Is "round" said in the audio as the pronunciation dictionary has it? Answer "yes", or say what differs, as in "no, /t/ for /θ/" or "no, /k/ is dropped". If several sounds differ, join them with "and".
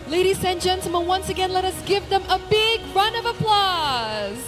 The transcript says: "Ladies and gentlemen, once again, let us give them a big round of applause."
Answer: no, /d/ is dropped